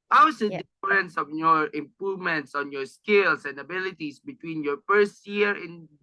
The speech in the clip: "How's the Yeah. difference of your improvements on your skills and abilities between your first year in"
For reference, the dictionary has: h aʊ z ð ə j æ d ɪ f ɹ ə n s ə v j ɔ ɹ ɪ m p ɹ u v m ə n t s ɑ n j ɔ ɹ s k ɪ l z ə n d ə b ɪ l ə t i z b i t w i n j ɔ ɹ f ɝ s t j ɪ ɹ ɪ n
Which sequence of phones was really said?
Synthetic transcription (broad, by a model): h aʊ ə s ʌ d ɪ f ɹ ə n s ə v j ɔ ɹ ɪ m p ɹ u v m ə n t s ɑ n j ɔ ɹ s k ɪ l s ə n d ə b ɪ l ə t i s b i t w i n j ɔ ɹ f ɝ s t j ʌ ɹ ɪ n